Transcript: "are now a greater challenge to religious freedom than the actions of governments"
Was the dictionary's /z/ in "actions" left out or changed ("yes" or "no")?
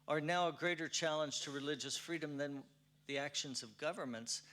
no